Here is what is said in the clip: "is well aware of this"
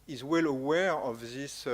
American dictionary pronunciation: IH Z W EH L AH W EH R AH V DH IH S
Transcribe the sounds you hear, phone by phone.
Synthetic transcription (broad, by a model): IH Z W EH L AH W EH R AH V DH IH S